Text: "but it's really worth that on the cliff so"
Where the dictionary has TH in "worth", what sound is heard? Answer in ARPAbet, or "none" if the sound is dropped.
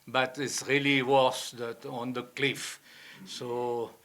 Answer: S